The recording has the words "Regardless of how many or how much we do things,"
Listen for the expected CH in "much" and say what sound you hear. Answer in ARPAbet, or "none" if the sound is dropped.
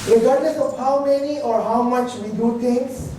CH